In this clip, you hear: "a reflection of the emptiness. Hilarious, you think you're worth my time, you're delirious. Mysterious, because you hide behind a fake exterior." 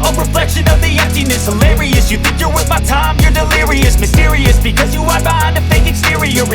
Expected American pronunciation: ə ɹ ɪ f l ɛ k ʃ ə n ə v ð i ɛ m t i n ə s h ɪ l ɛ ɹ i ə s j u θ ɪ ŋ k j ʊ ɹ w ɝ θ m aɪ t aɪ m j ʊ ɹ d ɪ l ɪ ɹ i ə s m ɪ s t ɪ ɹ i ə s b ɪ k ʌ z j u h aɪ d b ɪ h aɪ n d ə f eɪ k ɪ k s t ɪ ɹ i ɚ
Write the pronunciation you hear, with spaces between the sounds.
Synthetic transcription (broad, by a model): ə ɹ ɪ f l ɛ k ʃ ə n ə v ð i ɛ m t i n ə s h ɪ l ɛ ɹ i ə s j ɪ θ ɪ ŋ k j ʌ ɹ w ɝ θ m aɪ t aɪ m j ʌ ɹ d ɪ l ɪ ɹ i ə s m ɪ s t ɪ ɹ i ə s b ɪ k ʌ z j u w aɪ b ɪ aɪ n ə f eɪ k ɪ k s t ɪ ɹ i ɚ